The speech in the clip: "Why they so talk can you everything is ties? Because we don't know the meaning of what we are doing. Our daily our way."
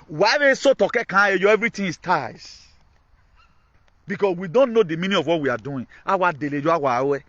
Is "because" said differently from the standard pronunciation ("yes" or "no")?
yes